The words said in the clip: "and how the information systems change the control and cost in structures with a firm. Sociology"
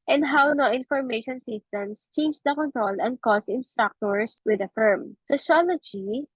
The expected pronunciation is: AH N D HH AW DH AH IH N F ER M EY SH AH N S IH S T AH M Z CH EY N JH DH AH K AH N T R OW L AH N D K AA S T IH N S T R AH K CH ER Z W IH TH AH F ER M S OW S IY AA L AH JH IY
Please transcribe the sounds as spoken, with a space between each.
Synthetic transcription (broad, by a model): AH N D HH AW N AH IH N F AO M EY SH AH N S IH S T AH M S CH EY N JH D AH K AH N T R OW L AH N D K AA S IH N S T R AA K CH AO S W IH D AH F ER M S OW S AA L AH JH IY